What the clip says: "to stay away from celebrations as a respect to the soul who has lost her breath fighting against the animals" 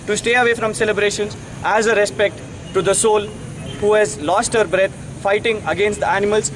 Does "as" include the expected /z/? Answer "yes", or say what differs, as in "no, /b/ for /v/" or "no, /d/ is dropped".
yes